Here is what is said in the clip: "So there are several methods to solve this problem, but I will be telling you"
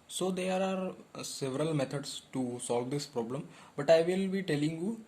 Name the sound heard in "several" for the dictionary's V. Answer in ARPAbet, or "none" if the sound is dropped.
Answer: V